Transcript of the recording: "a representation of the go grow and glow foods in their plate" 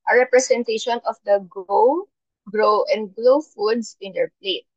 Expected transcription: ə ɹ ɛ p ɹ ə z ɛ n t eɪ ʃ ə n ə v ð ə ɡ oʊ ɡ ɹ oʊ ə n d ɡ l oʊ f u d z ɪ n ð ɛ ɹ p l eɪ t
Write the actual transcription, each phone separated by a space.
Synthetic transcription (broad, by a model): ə ɹ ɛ p ɹ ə s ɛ n t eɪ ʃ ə n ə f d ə ɡ oʊ ɡ ɹ oʊ ə n d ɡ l oʊ f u d s ɪ n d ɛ ɹ p l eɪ t